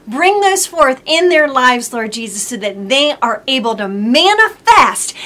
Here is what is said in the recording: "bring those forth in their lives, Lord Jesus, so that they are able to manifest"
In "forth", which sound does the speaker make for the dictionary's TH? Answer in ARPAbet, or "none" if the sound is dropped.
TH